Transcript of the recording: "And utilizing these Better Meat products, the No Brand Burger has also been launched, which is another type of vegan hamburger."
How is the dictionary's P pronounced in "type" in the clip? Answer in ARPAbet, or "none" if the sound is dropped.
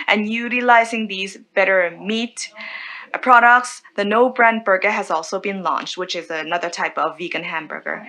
P